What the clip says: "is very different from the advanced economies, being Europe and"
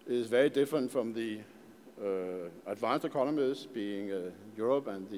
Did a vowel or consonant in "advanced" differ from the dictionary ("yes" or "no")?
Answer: yes